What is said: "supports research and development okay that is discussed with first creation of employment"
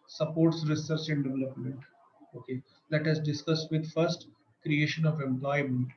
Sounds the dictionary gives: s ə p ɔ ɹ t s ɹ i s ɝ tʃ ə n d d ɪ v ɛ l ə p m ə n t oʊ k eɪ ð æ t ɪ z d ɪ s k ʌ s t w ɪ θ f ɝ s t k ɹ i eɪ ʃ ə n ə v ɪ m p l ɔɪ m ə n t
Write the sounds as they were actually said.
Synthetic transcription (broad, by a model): s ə p ɔ ɹ t s ɹ i s ɝ tʃ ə n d d ɪ v ɛ l ə p m ə n t oʊ k eɪ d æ t ɪ z d ɪ s k ʌ s t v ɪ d f ɝ s t k ɹ i eɪ ʃ ə n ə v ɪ m p l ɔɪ m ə n t